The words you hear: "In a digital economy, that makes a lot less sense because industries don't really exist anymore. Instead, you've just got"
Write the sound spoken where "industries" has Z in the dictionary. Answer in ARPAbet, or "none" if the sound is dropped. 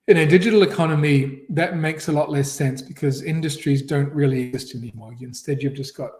Z